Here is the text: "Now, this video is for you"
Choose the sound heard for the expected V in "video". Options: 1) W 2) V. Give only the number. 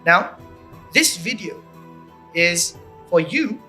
2